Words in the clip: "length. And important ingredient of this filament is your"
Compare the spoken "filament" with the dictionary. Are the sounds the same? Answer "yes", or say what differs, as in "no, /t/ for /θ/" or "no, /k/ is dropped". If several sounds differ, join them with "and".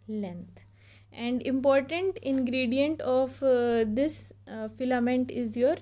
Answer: yes